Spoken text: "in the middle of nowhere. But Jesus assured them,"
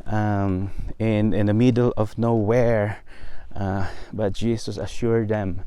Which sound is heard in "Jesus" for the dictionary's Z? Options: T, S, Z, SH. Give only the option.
S